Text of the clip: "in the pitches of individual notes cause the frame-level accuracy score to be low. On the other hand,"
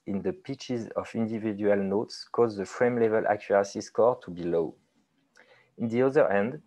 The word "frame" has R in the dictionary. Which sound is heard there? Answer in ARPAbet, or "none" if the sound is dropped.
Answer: R